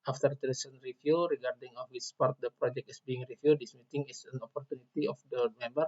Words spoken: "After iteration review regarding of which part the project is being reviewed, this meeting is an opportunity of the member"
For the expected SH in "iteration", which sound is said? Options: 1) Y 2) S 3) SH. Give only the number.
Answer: 2